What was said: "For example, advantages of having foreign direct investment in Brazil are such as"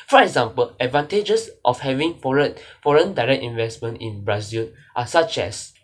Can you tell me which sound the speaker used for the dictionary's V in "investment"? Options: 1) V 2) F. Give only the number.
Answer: 1